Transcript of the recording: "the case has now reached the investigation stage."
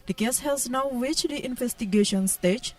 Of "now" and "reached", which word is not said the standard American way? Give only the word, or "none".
reached